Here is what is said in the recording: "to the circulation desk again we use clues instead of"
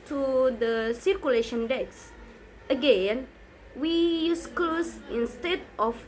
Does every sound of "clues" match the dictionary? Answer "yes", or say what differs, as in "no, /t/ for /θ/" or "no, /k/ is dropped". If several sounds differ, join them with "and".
no, /s/ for /z/